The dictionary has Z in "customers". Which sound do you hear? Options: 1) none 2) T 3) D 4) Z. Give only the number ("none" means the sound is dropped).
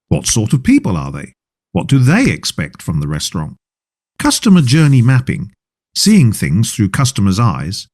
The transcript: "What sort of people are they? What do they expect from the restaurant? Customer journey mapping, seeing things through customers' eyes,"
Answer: 4